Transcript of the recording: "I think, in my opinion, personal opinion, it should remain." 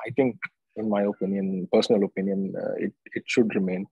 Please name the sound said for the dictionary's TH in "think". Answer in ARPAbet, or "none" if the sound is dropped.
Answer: T